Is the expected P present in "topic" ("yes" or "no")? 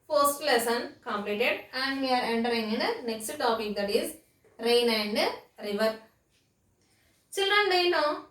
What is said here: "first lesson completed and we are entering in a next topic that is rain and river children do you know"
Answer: yes